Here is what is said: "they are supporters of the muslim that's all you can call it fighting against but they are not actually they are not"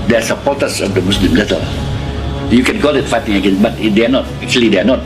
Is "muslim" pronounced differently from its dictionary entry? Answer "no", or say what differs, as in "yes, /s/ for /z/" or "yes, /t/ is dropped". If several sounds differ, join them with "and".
yes, /s/ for /z/